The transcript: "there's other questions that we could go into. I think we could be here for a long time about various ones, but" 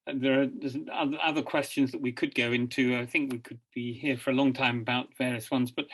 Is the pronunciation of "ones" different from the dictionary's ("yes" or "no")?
no